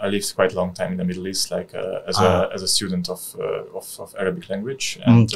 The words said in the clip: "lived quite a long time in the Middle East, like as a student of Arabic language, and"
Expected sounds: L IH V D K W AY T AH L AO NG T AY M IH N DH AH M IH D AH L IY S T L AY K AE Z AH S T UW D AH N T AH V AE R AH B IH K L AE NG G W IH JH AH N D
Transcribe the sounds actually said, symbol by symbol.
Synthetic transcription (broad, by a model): L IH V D K W AY T AH L AO NG T AY M IH N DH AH M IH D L IY S T L AY K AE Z AH S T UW D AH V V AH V AE R AH B IH K L AE NG G W IH JH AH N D